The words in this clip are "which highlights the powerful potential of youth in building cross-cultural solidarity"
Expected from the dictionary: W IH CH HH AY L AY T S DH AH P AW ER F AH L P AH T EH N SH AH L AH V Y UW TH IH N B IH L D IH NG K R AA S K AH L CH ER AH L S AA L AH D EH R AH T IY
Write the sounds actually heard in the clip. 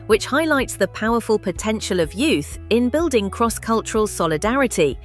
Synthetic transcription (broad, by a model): W IH CH HH AY L AY T S DH AH P AW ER F AH L P AH T EH N SH AH L AH V Y UW TH IH N B IH L D IH NG K R AA S K AH L CH ER AH L S AA L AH D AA R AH T IY